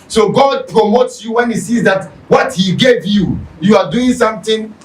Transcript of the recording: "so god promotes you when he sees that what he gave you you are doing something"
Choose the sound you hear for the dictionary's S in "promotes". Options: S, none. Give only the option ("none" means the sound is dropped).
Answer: S